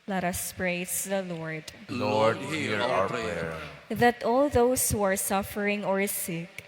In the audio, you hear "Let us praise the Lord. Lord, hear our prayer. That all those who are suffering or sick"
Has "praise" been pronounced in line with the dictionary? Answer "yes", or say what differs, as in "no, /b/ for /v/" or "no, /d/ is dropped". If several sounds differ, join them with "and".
no, /s/ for /z/